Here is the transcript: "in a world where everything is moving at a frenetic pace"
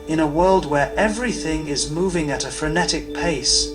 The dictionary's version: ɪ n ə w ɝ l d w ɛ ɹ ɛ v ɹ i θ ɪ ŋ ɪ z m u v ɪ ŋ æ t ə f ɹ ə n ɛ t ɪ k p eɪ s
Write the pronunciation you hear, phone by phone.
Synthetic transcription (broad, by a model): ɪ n ə w ɝ l d w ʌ ɹ ɛ v ɹ i θ ɪ ŋ ɪ z m u v ɪ ŋ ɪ t ə f ɹ ə n ɛ t ɪ k p eɪ s